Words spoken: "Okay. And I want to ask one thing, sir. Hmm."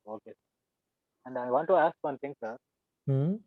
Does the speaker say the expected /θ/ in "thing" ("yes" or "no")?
no